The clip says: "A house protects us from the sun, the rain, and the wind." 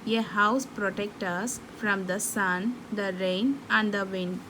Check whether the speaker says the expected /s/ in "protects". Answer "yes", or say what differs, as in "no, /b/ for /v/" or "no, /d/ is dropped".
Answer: no, /s/ is dropped